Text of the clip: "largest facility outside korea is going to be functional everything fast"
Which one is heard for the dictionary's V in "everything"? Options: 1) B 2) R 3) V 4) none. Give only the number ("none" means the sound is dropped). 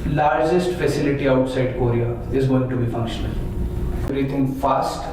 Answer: 4